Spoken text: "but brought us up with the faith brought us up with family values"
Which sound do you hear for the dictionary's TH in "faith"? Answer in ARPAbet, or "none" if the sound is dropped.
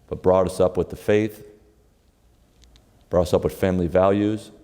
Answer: TH